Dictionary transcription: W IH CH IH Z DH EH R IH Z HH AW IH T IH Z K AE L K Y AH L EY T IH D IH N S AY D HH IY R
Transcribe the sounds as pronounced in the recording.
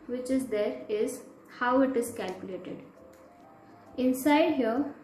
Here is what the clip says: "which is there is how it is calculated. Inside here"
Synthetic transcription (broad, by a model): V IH CH IH Z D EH R IH Z HH AW IH T IH Z K AE L K Y AH L EY T IH D IH N S AY D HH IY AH